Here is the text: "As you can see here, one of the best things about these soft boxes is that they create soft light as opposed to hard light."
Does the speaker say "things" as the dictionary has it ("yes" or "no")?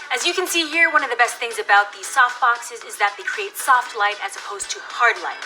yes